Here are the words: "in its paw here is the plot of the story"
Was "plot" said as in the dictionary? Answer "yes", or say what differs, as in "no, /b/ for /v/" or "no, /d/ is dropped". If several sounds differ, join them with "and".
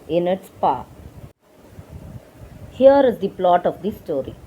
yes